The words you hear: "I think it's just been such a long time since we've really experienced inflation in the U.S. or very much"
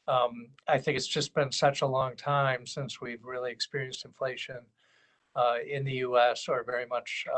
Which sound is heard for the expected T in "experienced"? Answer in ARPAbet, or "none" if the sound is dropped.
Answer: T